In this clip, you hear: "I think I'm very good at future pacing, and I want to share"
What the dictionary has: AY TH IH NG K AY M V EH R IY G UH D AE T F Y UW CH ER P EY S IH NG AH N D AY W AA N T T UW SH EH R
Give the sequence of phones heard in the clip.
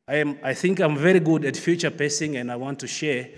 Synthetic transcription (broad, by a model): AY TH IH NG K AY M V EH R IY G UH D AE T F Y UW CH ER P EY S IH NG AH N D AY W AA N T T UW SH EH R